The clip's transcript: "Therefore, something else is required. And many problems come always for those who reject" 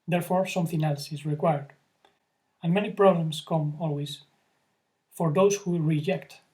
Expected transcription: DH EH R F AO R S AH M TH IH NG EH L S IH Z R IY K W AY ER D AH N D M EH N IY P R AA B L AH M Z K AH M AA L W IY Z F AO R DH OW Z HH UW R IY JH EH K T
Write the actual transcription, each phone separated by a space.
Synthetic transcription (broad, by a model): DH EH R F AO R S AH M TH IH NG EH L S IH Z R IY K W AY ER D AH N M EH N IY P R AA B L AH M S K AH M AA L W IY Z F AO R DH OW S HH UW R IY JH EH K T